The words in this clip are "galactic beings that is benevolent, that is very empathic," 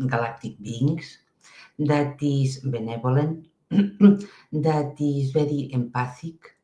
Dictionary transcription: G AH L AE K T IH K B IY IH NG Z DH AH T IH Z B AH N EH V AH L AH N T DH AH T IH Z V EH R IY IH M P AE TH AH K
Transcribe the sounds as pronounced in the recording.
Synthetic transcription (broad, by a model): G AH L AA K T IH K B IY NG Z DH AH T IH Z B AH N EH B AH L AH N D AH T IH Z B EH R IY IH M P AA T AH K